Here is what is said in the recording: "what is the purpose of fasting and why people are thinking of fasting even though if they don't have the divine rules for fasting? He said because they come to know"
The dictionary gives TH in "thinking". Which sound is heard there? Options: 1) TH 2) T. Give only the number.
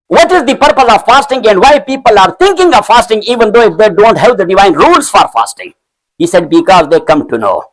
2